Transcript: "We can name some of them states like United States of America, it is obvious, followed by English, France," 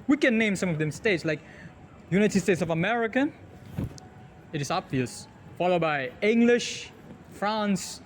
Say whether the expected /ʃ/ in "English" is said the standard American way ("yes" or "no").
yes